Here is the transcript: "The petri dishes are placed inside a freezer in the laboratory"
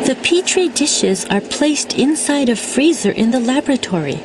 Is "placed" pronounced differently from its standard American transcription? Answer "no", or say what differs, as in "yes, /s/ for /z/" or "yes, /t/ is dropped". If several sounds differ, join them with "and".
no